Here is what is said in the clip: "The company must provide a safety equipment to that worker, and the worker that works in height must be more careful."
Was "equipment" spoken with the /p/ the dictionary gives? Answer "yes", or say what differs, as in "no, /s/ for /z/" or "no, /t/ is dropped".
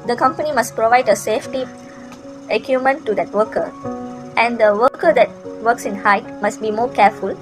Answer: no, /p/ is dropped